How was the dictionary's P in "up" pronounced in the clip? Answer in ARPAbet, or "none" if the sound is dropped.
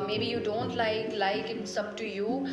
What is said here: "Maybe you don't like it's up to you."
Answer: B